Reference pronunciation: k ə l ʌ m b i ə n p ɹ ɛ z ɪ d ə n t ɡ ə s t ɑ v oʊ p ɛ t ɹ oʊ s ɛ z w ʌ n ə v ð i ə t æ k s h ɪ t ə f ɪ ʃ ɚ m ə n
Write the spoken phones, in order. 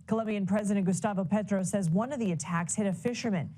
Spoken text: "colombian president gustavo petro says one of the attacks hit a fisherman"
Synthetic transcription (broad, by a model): k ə l ʌ m b i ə n p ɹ ɛ z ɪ d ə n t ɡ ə s t ɑ v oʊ p ɛ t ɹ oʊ s ɛ z w ʌ n ə v ð i ə t æ k s h ɪ t ə f ɪ ʃ ɚ m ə n